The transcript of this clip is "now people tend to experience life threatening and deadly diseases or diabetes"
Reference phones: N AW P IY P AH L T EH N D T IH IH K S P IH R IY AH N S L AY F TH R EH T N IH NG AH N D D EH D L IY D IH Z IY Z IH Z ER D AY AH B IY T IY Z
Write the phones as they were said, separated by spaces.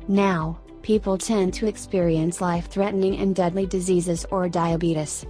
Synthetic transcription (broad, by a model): N AW P IY P L T EH N T IH IH K S P IH R IY AH N S L AY F TH R EH T N IH NG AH N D D EH D L IY D IH Z IY Z IH Z ER D AY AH B IY T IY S